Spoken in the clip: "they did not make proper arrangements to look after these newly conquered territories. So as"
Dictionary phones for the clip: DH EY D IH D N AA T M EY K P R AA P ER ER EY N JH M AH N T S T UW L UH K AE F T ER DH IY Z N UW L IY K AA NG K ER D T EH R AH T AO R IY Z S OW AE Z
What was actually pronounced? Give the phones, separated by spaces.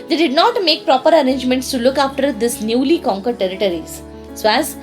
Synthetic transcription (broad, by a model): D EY D IH D N AA T M EY K P R AA P ER ER EY N JH M AH N T S T UW L UH K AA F T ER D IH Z N UW L IY K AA NG K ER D T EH R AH T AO R IY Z S OW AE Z